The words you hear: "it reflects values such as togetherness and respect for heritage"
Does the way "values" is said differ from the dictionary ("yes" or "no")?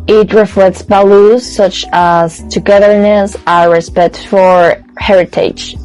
yes